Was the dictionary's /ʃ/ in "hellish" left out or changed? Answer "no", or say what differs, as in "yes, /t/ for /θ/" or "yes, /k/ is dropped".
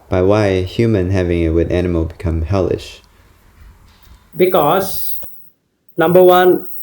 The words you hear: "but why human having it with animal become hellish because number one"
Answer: no